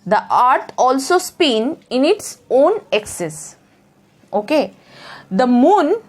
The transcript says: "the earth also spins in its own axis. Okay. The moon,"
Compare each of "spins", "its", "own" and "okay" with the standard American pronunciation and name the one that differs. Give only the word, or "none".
spins